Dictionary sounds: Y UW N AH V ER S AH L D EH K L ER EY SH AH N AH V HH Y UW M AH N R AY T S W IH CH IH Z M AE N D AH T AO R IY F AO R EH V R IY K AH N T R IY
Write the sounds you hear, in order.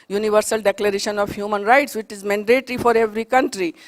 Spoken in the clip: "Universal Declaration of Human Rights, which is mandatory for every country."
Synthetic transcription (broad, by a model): Y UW N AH V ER S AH L D EH K L ER EY SH AH N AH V HH Y UW M AH N R AY T S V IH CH IH Z M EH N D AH T R IY F AO R EH V R IY K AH N T R IY